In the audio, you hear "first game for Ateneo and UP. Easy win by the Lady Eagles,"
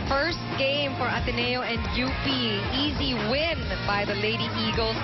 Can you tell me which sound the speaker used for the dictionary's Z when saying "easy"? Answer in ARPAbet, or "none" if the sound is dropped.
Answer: Z